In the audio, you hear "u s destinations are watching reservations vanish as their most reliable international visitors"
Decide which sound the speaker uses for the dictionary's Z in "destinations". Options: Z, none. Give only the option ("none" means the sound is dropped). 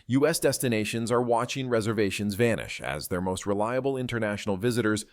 Z